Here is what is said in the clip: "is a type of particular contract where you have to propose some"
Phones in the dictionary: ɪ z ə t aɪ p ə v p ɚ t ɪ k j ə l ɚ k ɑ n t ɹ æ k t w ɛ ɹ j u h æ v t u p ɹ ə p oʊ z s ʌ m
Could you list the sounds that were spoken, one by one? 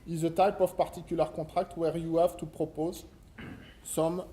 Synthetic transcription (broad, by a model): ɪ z ə t aɪ p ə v p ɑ t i k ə l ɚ k ɑ t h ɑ k t w ɛ ɹ j u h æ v t u p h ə p oʊ z s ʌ m